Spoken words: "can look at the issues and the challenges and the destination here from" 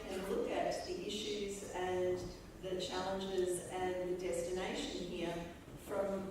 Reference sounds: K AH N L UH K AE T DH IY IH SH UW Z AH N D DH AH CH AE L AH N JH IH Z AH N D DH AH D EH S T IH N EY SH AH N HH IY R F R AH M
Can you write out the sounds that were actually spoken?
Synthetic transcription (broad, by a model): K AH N L UH K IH T DH IY IH SH UW Z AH N DH AH CH AE L AH N JH IH Z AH N DH AH D EH S T IH N EY SH AH N HH IY R F R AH M